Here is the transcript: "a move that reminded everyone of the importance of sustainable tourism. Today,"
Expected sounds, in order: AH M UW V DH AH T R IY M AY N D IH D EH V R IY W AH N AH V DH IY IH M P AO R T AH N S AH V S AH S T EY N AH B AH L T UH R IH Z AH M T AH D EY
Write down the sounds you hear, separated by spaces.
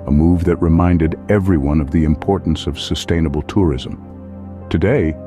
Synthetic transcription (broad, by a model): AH M UW V DH AH T R IY M AY N D IH D EH V R IY W AH N AH V DH IY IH M P AO R T N S AH V S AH S T EY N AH B L T UH R IH Z AH M T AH D EY